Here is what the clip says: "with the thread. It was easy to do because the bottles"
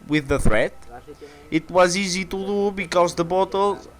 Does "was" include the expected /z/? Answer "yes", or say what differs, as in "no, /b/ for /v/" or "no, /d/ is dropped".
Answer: yes